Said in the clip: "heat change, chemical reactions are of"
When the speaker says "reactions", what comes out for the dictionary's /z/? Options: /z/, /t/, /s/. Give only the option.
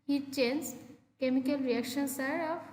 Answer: /s/